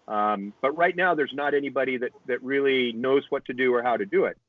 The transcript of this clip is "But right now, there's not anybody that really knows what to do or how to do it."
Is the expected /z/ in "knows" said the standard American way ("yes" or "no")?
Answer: yes